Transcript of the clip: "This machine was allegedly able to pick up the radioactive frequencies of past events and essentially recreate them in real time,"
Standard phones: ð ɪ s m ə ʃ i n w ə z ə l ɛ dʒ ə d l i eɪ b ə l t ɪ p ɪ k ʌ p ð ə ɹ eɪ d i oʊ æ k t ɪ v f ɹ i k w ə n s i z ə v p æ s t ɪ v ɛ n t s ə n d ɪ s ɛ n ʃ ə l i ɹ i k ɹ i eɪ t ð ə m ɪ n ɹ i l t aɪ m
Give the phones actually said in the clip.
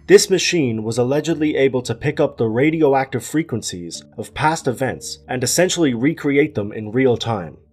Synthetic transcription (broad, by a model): ð ɪ s m ə ʃ i n w ə z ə l ɛ dʒ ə d l i eɪ b ə l t ɪ p ɪ k ʌ p ð ə ɹ eɪ d i oʊ æ k t ɪ v f ɹ i k w ə n s i z ə v p æ s t ɪ v ɛ n t s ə n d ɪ s ɛ n ʃ l i ɹ i k ɹ i eɪ t ð ə m ɪ n ɹ i l t aɪ m